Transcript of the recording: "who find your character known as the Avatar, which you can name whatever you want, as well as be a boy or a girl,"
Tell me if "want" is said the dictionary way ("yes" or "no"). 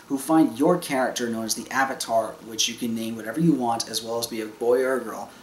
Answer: yes